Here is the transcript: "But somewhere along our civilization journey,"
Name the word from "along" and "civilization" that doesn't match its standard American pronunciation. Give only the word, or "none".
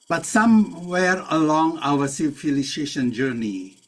civilization